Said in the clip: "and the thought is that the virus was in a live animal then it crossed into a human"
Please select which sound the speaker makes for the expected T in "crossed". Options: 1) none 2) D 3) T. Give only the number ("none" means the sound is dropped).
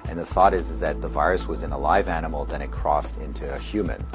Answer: 3